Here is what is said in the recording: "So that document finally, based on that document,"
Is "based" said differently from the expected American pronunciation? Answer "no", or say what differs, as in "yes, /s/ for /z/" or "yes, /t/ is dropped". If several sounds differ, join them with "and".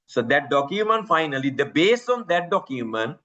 yes, /t/ is dropped